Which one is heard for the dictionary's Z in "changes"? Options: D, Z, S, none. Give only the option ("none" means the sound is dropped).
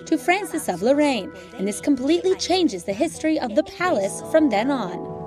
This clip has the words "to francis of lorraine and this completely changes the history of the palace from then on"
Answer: Z